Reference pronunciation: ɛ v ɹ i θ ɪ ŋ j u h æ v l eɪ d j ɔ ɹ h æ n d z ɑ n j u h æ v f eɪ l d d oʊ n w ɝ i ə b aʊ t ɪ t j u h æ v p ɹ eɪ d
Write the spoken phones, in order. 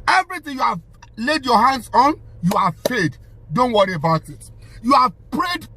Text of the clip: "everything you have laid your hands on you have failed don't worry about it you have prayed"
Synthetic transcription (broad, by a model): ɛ v ɹ i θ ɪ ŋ j u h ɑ v l eɪ d j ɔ h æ n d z ɑ n j u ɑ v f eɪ d d oʊ n w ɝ i ə b aʊ t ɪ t j u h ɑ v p ɹ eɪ d